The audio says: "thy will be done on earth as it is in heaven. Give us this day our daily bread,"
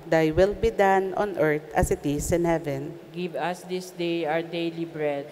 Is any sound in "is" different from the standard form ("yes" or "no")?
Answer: yes